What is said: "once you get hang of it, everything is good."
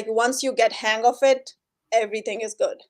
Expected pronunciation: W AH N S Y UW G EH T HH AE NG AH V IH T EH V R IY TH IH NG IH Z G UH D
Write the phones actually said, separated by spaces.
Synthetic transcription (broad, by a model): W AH N S Y UW G EH T HH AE NG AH F IH T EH V R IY T IH NG IH Z G UH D